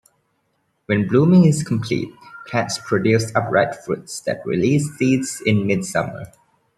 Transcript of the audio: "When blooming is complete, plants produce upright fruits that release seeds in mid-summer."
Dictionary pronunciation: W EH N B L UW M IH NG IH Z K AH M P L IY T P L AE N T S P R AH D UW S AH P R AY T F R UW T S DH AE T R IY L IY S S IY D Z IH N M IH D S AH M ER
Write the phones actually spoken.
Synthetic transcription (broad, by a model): W EH N B L UW M IH NG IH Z K AH M P L IY T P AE T S P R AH D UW S AH P R AY T F R UW T S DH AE T R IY L IY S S IY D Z IH N M IH D S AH M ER